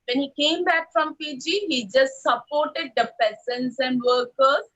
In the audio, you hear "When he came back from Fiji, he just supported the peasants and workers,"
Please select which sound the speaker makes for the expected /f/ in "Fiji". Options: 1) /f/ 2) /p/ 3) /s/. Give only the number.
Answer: 2